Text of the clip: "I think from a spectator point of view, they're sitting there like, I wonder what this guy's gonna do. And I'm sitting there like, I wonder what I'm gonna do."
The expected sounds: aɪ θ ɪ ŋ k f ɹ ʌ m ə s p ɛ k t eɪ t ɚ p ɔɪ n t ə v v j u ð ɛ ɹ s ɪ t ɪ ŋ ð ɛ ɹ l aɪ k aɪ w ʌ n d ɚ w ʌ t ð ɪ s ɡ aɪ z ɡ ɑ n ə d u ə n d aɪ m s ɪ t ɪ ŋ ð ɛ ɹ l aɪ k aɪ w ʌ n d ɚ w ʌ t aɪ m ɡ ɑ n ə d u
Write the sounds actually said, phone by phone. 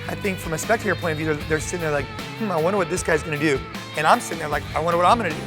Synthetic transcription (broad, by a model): aɪ θ ɪ ŋ k f ɹ ʌ m ə s p ɛ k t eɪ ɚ p ɔɪ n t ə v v j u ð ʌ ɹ s ɪ t ɪ ŋ ð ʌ ɹ l aɪ k aɪ w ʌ n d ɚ w ʌ t ð ɪ s ɡ aɪ z ɡ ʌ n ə d u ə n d aɪ m s ɪ t ɪ ŋ ð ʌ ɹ l aɪ k aɪ w ʌ n d ɚ w ʌ t aɪ m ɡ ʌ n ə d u